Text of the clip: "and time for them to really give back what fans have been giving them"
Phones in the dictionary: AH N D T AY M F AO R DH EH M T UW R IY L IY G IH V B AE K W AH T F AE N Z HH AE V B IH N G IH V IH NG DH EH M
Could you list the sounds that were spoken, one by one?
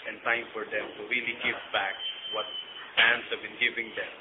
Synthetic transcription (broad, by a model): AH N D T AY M F AO R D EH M T UW R IY L IY G IH V B AE K W AH T P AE N S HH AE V B IH N G IH V IH NG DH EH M